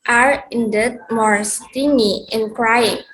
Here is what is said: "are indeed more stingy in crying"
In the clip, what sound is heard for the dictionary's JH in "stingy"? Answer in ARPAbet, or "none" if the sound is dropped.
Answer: none